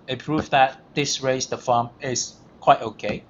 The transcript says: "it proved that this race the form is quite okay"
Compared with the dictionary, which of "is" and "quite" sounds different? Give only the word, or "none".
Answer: is